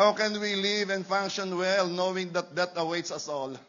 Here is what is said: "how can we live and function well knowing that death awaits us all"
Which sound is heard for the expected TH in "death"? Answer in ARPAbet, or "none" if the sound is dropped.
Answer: T